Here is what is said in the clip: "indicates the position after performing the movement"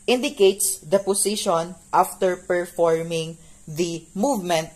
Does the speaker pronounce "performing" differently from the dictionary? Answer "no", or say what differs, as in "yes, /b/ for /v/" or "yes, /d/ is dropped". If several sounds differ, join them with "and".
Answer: no